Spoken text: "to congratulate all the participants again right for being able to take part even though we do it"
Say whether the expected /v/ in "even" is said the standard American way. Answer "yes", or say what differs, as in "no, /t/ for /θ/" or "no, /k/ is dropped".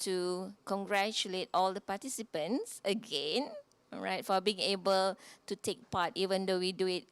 yes